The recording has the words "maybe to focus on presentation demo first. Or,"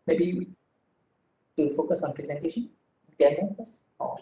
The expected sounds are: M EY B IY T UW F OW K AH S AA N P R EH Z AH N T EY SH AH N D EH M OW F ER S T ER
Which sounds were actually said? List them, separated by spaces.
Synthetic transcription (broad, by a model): M EY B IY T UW F OW K AH S AA N P R EH Z AH N T EY SH AH N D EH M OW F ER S AO